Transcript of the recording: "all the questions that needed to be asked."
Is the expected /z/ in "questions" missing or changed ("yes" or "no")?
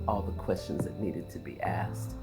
no